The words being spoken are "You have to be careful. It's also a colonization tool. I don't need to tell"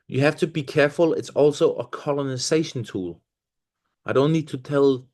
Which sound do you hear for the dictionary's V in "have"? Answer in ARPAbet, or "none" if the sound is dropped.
F